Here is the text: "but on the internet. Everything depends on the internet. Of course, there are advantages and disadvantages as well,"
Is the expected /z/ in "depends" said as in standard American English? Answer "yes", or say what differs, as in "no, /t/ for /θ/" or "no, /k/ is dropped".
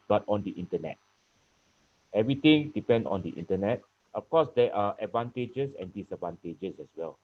no, /z/ is dropped